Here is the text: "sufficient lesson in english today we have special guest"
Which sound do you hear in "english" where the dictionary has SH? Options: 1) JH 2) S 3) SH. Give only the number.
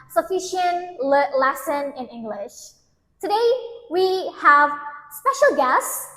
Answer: 3